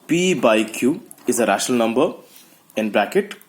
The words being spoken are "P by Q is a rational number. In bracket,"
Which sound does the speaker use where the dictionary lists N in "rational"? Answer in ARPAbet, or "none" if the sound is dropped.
none